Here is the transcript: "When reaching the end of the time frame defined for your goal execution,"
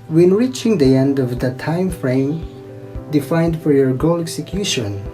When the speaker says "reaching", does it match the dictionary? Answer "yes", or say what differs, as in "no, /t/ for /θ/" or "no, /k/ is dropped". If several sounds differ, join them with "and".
yes